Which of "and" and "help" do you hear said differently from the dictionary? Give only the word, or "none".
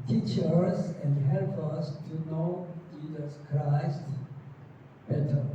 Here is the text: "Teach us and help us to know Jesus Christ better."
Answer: none